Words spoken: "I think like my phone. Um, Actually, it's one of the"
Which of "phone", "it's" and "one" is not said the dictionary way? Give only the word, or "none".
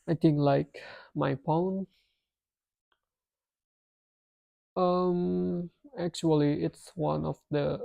phone